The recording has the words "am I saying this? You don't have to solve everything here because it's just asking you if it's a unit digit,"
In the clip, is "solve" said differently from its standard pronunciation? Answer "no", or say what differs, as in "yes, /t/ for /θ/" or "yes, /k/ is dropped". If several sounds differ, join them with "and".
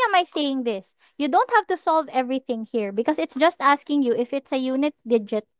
no